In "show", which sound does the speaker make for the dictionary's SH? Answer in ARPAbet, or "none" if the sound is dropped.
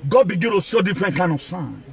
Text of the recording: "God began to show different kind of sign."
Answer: S